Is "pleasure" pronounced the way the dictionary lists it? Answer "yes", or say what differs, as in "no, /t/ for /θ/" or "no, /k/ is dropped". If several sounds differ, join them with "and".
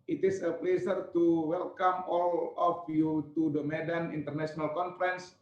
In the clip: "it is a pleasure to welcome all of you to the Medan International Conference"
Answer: no, /s/ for /ʒ/